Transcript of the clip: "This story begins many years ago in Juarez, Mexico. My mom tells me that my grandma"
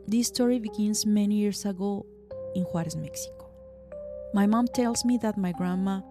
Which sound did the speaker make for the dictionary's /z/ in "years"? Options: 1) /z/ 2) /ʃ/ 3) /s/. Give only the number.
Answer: 3